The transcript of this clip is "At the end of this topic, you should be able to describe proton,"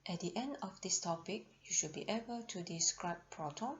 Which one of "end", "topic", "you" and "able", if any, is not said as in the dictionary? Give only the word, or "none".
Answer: none